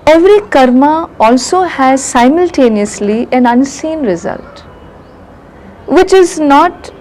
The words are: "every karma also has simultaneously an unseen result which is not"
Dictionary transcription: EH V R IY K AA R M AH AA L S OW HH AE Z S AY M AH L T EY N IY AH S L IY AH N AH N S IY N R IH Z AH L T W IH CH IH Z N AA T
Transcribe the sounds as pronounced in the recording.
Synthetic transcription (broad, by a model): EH V R IY K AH R M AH AA L S OW HH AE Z S AY M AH L T EY N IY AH S L IY AH N AH N S IY N R IH Z AH L T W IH CH IH Z N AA T